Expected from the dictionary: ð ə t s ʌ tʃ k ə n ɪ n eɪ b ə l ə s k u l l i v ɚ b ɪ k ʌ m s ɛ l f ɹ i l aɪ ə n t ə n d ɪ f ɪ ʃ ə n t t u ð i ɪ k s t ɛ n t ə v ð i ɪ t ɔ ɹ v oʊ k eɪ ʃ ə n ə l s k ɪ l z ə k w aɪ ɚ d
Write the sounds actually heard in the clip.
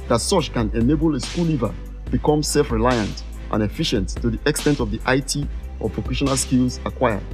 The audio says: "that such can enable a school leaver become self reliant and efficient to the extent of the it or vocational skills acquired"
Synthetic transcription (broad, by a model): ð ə t s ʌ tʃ k ə n ɪ n eɪ b ə l ə s k u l l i v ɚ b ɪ k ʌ m s ɛ l f ɹ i l aɪ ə n t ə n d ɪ f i ʃ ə n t t u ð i ɪ k s t ɛ n t ə v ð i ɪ t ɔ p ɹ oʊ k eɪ ʃ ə n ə l s k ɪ l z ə k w aɪ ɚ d